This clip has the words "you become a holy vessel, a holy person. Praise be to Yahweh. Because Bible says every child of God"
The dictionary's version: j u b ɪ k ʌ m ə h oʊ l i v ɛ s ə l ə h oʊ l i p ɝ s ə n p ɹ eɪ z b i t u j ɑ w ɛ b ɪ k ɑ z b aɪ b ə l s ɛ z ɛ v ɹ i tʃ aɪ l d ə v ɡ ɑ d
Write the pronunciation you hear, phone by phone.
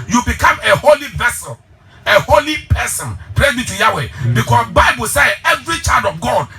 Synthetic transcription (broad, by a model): j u b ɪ k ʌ m ə h oʊ l i v ɛ s ə l ə h oʊ l i p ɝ s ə n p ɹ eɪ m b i t u j ɑ w ɛ b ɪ k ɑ s b aɪ b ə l s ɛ ɛ v ɹ i tʃ aɪ l d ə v ɡ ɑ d